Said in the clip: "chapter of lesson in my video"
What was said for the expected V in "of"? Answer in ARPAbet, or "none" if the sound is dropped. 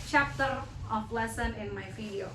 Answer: P